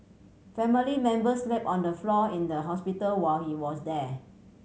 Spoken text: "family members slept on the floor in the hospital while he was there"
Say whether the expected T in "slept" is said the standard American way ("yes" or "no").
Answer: no